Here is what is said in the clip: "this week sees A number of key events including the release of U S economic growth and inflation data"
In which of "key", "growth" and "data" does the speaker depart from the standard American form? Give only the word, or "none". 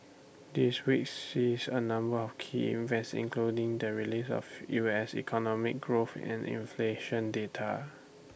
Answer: none